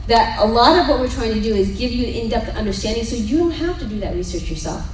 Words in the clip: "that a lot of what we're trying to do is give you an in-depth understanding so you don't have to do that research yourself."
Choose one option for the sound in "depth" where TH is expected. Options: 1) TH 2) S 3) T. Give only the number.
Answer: 3